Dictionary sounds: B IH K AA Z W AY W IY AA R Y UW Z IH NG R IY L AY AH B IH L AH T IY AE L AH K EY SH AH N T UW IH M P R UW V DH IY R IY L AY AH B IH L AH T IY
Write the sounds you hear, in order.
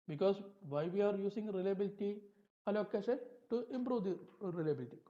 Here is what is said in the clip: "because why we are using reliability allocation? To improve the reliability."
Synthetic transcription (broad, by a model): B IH K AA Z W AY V IY AA R Y UW S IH NG R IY L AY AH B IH L T IY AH L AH K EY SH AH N T UW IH M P R UW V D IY R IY L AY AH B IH L T IY